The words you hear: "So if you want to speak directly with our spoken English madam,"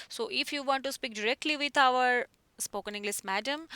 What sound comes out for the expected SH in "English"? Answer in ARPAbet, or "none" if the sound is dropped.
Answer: S